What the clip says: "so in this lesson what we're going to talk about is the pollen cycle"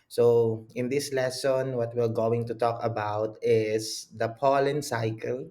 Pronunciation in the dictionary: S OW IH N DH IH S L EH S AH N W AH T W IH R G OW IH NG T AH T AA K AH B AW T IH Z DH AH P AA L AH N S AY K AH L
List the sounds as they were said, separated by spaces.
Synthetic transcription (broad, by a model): S OW IH N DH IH S L EH S AH N W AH T W IH R G OW IH NG T AH T AA K AH B AW T IH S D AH P AA L AH N S AY K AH L